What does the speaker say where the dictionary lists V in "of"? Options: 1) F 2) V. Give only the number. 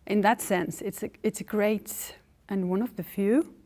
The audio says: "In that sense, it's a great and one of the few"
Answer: 2